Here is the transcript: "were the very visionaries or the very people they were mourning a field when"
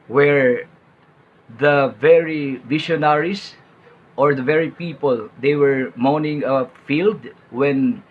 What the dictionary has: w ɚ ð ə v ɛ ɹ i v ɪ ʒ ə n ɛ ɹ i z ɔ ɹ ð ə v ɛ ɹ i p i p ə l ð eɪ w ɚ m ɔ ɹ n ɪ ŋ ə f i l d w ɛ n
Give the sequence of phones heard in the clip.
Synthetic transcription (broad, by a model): w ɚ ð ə v ɛ ɹ i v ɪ ʃ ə n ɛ ɹ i s ɔ ɹ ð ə v ɛ ɹ i p i p ə l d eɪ w ɚ m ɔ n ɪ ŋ ə f i l d w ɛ n